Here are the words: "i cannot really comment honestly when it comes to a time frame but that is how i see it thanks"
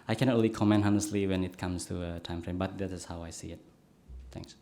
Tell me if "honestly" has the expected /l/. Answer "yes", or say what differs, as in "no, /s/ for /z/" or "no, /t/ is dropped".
yes